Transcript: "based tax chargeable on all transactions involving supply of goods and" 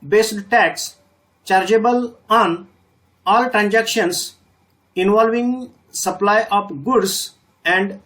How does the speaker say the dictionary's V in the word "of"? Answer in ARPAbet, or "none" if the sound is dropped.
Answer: P